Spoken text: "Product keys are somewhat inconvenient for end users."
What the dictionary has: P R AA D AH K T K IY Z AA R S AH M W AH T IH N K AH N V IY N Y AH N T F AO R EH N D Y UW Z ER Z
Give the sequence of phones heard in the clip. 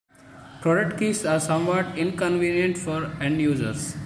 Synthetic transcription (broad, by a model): P R AA D AH K T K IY S AA R S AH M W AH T IH N K AH N V IY N Y AH N T F AO R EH N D Y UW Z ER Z